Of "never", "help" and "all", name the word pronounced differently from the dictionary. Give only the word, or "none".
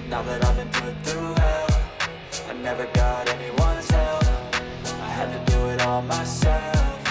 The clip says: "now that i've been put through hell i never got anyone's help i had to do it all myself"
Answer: help